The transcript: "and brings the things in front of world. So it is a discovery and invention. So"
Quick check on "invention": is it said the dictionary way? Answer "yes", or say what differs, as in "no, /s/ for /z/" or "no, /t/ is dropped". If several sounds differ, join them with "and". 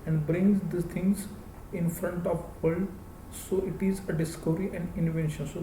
yes